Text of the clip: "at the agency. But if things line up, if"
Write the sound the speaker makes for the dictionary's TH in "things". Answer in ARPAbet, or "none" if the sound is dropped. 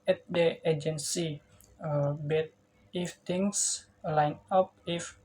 T